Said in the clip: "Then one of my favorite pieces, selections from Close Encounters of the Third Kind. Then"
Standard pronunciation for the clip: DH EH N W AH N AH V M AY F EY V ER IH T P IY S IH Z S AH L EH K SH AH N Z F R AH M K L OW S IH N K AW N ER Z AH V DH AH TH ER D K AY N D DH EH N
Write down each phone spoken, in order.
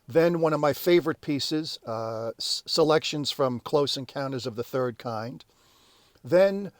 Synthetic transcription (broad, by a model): DH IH N W AH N AH V M AY F EY V ER IH T P IY S IH Z S AH L EH K SH AH N Z F R AH M K L OW S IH N K AW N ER Z AH V DH AH TH ER D K AY N D DH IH N